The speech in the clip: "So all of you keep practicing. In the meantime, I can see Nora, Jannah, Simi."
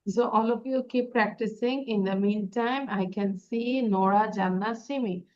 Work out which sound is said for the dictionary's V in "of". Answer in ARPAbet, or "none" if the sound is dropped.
P